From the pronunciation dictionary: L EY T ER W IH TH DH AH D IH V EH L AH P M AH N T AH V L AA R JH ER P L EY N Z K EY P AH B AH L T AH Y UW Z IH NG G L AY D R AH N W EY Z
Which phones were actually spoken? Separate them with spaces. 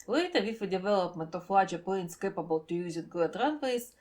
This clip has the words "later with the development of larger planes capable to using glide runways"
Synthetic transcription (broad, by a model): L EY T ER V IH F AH D IH V EH L AH P M AH N T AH F L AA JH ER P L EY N S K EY P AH B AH L T AH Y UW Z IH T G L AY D R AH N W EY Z